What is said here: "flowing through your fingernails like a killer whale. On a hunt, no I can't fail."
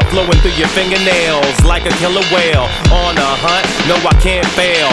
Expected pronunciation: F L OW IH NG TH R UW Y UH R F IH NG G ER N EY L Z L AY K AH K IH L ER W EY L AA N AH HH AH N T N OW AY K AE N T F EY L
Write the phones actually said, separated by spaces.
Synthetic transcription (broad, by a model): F L OW IH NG TH R UW Y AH R F IH NG G ER N EY L Z L AY K AH K IH L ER W EY L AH N AH HH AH T N OW AY K AE N T F EY L